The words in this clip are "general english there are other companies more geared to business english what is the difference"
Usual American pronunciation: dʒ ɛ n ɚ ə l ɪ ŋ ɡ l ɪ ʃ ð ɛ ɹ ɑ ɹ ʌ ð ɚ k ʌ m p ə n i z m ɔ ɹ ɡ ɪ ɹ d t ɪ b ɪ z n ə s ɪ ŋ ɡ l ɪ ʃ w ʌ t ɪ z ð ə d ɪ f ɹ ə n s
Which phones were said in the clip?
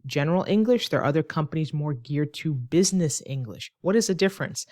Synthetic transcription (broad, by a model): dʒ ɛ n ɚ l ɪ ŋ ɡ l ɪ ʃ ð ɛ ɹ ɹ ʌ ð ɚ k ʌ m p ə n i z m ɔ ɹ ɡ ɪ ɹ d t ɪ b ɪ z n ə s ɪ ŋ ɡ l ɪ ʃ w ʌ t ɪ z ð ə d ɪ f ɹ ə n s